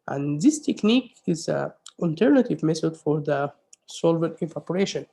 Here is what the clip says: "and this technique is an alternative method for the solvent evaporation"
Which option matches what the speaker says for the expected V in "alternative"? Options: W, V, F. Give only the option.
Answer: V